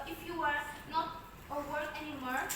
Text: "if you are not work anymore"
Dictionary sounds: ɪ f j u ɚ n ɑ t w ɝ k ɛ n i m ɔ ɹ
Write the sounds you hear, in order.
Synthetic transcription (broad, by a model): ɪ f j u ɚ n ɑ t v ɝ ɛ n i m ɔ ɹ